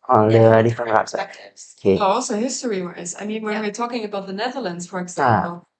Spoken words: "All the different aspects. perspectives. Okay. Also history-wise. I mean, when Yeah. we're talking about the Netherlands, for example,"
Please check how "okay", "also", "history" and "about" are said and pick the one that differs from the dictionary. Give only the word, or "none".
okay